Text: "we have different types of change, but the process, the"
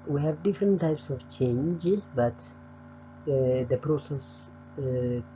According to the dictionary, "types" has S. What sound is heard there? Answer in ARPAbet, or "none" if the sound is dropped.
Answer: S